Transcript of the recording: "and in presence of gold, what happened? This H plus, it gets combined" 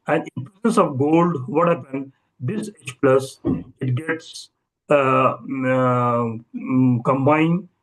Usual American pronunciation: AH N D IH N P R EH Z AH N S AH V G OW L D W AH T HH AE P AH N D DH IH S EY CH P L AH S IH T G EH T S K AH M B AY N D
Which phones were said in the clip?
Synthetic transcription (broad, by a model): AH N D IH N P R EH S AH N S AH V G OW L D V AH T HH AE P AH N D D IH S EY CH P L AH S IH T G EH T S K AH M B AY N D